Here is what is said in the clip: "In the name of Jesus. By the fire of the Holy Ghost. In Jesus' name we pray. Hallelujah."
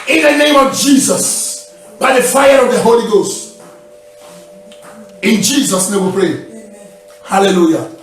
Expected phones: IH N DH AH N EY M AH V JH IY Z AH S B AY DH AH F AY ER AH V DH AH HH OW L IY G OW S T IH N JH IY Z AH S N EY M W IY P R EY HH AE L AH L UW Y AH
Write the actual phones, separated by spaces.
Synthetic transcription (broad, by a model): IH N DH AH N EY M AH V JH IY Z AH S B AY DH AH F AY ER AH V DH AH HH OW L IY G OW S T IH N JH IY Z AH S N EY M W IY P R EY HH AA L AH L UW Y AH